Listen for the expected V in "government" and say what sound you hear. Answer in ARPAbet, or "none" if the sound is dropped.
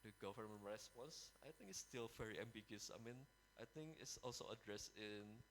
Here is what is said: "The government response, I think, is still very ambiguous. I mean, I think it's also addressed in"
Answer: F